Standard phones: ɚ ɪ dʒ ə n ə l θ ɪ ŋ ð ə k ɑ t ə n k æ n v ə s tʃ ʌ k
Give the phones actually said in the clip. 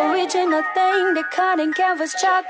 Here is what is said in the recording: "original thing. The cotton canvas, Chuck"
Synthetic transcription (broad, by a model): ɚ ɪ dʒ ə n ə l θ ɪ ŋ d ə k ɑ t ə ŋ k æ v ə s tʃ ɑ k